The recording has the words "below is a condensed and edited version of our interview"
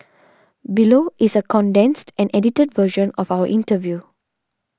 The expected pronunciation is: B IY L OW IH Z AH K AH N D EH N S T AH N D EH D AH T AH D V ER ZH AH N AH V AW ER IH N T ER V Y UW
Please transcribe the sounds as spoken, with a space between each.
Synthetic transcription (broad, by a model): B IY L OW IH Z AH K AH N D EH N S T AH N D EH D AH T AH D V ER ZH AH N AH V AW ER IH N T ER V Y UW